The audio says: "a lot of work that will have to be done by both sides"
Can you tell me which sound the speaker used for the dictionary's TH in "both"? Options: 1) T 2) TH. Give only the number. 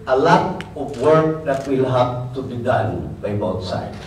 1